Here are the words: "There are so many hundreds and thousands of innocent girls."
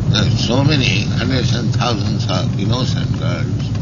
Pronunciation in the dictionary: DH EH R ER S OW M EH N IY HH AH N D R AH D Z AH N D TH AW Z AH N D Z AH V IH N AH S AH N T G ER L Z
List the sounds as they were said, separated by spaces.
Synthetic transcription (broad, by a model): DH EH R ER S OW M EH N IY HH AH N D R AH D S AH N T AW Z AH N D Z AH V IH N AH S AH N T G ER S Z